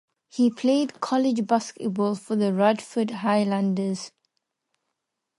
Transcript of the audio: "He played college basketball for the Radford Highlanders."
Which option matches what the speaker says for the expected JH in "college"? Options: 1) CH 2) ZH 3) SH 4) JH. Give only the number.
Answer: 4